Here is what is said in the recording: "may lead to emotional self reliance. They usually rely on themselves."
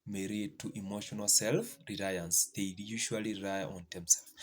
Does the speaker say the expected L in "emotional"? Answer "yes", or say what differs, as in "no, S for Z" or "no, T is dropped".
yes